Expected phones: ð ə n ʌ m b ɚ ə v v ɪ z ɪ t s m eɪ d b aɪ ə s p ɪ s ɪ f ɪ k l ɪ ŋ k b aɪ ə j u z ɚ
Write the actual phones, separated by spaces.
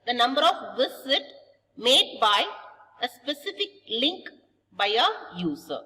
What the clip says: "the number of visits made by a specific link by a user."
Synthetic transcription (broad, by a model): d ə n ʌ m b ɚ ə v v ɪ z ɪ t m eɪ d b aɪ ə s p ɪ s ɪ f ɪ k l ɪ ŋ k b aɪ ə j u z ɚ